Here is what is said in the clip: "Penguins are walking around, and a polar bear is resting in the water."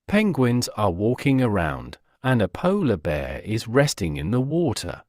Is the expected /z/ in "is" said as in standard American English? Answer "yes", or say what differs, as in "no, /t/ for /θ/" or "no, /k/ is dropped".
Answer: yes